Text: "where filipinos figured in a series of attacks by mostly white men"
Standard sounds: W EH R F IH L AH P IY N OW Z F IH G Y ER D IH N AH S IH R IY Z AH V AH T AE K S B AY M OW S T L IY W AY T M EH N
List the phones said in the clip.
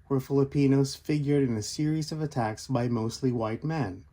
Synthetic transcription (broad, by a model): W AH R F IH L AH P IY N OW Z F IH G Y ER D IH N AH S IH R IY Z AH V AH T AE K S B AY M OW S T L IY W AY T M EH N